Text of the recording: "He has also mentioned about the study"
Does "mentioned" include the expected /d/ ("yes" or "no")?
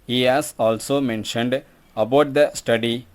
yes